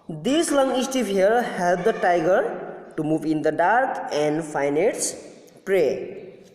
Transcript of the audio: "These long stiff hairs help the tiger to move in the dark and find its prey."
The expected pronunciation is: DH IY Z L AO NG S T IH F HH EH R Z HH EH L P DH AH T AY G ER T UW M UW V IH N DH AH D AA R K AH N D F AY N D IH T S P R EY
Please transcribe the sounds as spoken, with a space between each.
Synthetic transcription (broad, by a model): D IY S L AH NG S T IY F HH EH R HH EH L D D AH T AY G ER T UW M UW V IH N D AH D AA R K AH N D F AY N IH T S P R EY